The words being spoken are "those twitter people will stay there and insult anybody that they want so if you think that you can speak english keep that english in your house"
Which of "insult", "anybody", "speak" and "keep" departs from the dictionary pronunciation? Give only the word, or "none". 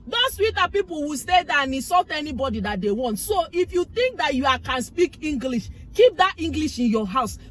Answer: insult